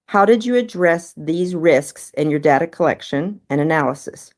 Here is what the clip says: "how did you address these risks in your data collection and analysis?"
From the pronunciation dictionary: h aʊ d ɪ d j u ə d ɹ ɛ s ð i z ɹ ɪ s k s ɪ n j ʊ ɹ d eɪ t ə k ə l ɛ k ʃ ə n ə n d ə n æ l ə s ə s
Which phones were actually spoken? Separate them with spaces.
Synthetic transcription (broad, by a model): h aʊ d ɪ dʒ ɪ ə d ɹ ɛ s ð i z ɹ ɪ s k s ɪ n j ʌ ɹ d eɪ t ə k ə l ɛ k ʃ ə n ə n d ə n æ l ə s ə s